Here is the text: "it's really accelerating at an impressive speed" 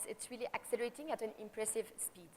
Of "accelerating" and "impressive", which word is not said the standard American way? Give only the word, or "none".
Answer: none